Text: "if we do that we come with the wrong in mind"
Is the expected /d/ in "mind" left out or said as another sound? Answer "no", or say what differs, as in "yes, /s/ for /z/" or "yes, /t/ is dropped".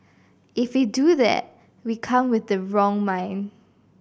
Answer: yes, /d/ is dropped